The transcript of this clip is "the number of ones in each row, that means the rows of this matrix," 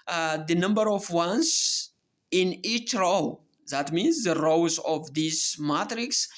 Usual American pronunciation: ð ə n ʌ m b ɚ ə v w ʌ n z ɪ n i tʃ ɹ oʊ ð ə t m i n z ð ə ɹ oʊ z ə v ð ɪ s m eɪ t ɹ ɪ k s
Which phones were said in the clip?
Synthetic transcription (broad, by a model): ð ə n ʌ m b ɚ ə v w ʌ n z ɪ n i tʃ ɹ oʊ ð ə t m i n z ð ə ɹ oʊ z ə v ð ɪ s m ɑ t ɹ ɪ k s